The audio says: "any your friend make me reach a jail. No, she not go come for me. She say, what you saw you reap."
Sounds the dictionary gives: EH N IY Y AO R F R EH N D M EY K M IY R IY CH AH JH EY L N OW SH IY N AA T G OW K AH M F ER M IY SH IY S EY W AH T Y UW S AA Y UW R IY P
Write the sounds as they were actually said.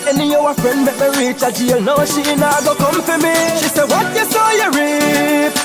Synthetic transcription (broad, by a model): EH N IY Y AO W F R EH N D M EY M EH R IY CH AH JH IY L N OW SH IY N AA G OW K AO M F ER M IY SH IY S EY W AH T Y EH S AA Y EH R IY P